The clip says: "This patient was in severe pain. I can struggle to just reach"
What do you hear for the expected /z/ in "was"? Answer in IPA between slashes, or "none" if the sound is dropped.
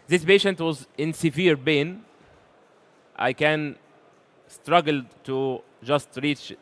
/z/